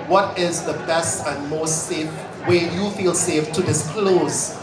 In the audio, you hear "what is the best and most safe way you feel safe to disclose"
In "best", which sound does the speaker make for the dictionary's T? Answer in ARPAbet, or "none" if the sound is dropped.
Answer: T